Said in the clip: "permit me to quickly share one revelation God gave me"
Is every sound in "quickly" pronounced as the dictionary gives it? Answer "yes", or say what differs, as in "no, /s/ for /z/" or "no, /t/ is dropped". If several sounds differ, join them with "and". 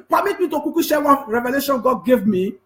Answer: no, /l/ is dropped